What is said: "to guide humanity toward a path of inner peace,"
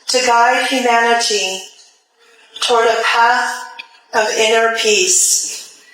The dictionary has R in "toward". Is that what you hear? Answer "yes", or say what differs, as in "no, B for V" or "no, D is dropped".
yes